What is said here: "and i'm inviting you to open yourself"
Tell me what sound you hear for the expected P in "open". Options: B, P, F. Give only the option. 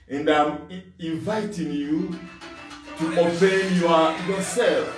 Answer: B